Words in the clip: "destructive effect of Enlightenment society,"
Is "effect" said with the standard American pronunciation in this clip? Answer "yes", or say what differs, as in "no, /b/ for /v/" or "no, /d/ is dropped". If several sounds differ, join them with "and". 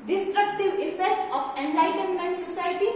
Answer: no, /k/ is dropped